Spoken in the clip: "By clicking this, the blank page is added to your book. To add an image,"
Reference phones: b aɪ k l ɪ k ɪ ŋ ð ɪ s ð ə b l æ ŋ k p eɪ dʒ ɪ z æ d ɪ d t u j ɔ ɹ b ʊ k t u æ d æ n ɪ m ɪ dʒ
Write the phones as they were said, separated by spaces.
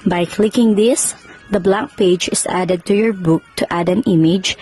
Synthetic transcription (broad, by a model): b aɪ k l ɪ k ɪ ŋ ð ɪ s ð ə b l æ k p eɪ dʒ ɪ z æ d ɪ d t u j ɔ ɹ b ʊ k t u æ d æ n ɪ m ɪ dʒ